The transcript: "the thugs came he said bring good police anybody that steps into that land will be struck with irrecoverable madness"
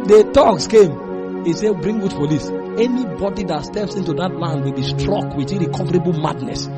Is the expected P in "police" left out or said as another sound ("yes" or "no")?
yes